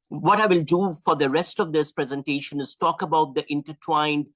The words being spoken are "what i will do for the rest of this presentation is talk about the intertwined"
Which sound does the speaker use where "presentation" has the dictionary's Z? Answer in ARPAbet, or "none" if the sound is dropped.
Z